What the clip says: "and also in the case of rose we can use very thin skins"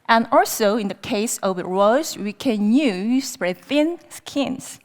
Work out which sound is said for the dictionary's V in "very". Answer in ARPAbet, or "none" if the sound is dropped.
W